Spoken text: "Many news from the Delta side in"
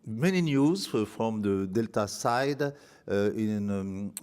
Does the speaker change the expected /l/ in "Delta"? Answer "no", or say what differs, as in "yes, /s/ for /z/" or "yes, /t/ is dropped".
no